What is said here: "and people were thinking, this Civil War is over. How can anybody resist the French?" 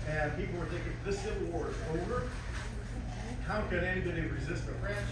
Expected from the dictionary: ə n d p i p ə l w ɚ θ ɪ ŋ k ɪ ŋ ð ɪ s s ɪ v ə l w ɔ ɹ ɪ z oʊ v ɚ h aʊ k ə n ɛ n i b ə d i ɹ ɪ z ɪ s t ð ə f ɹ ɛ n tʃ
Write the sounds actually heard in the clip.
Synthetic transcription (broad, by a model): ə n p i p l w ɚ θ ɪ k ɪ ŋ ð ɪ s s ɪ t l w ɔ ɹ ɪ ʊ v ɚ h aʊ k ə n ɛ n i b ə d i ɹ ɪ z ɪ s t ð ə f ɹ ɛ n